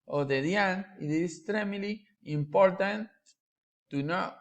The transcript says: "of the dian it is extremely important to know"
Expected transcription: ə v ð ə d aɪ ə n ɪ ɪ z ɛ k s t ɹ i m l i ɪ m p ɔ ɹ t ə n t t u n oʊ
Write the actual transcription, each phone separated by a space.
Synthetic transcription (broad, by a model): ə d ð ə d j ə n ɪ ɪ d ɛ s t ɹ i m l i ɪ m p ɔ ɹ t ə n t t u n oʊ